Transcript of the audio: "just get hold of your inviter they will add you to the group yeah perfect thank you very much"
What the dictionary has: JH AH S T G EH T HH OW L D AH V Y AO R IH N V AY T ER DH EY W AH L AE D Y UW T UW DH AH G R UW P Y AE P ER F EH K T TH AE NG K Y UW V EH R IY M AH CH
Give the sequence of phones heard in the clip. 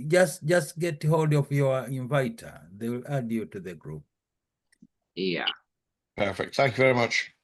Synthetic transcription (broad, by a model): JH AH S T G EH T HH OW L D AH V Y AO R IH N V AY T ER DH EY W L AE D Y UW T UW DH AH G R UW P Y AE P ER F EH K T TH AE NG K Y UW V EH R IY M AH CH